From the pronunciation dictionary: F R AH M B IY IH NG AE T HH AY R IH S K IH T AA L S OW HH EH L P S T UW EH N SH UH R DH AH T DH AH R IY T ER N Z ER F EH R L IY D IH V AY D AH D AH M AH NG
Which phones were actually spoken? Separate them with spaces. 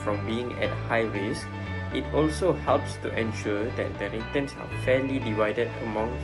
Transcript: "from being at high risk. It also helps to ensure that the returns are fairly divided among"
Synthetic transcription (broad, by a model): F R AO M B IY IH NG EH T HH AY W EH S IH T AA L S OW HH EH L P S T UW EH N SH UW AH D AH T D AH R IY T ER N S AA F EH L IY D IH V AY D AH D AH M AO NG